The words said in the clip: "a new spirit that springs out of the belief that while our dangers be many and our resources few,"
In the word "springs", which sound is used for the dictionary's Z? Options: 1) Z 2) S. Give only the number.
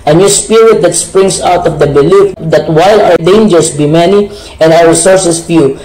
2